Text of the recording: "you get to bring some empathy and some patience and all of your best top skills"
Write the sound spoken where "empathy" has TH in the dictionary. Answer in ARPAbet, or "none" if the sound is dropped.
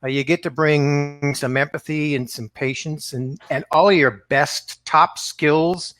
TH